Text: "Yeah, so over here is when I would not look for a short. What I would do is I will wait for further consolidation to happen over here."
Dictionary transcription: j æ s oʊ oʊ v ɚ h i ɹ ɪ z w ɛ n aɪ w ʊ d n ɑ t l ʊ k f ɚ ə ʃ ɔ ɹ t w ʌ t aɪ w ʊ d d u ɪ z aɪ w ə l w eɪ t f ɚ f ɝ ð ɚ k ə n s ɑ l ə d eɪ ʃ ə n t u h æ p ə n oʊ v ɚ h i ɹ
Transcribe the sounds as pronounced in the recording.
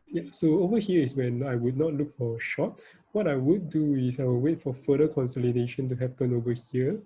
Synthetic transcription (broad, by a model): j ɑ s oʊ oʊ v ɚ h i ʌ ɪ s w ɛ n aɪ w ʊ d n ɑ t l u k f ə ʃ ɔ t w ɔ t aɪ w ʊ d d u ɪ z aɪ w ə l w eɪ t f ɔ f ɝ ɚ k ə n s ɑ l ə d eɪ ʃ ə n t u h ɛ p ə n oʊ v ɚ h i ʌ